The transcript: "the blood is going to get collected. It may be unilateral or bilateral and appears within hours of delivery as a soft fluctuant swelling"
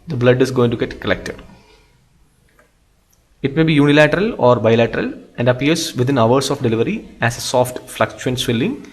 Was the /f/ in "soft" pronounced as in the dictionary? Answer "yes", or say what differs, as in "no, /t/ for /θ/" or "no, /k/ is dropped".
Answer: yes